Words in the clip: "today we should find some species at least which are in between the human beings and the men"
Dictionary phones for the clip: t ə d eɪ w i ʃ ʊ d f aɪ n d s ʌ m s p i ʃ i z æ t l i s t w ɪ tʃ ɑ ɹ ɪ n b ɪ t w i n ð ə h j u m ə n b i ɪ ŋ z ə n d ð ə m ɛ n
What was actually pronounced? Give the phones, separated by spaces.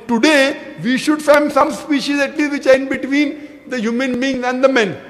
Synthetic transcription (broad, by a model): t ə d eɪ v i ʃ ʊ d f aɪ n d s ʌ m s p i ʃ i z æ t l i s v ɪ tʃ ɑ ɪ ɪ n b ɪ t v i n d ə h j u m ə n b i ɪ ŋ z ə n d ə m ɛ n